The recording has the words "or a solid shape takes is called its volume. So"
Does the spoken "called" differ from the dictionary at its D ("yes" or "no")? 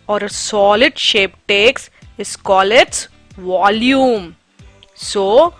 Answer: yes